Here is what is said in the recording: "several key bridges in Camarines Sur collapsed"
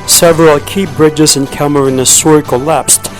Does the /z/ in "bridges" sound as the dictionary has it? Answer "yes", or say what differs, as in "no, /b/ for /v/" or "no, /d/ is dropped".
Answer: yes